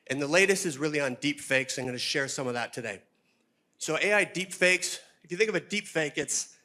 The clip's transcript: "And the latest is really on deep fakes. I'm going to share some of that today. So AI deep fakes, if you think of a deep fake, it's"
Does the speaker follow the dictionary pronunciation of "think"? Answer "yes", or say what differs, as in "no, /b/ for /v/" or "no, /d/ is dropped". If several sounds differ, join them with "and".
yes